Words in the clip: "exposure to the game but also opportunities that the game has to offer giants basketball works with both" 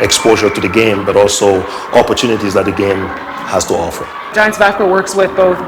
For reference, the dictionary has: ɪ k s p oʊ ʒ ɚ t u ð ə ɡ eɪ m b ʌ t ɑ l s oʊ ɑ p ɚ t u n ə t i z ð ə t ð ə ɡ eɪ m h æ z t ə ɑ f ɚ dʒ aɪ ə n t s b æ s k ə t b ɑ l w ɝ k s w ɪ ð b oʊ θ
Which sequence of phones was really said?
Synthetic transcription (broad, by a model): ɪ k s p oʊ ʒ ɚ t u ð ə ɡ eɪ m b ʌ t ɑ l s oʊ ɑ p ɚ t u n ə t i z ð ə t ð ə ɡ eɪ m h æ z t ə ɑ f ɚ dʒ aɪ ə n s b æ k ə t w ɝ k s w ɪ ð b oʊ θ